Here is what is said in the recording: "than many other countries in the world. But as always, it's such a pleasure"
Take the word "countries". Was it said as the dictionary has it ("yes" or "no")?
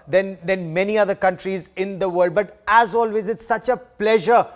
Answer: yes